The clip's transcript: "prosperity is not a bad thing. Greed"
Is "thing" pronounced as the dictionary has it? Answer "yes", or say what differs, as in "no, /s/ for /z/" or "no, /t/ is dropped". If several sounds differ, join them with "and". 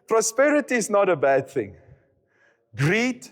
yes